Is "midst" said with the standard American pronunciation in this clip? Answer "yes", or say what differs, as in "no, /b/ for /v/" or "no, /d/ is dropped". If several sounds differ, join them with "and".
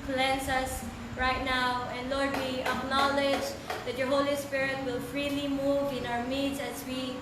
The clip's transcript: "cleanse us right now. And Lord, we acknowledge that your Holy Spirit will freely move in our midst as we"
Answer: no, /s/ is dropped